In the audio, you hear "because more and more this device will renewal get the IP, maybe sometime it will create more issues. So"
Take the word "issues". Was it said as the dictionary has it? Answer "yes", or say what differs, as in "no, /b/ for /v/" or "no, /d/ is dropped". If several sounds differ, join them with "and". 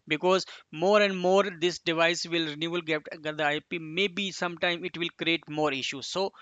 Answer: yes